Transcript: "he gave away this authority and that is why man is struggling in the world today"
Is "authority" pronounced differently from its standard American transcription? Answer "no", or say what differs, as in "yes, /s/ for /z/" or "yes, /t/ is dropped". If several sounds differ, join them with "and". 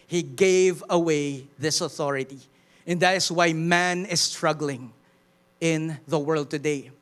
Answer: no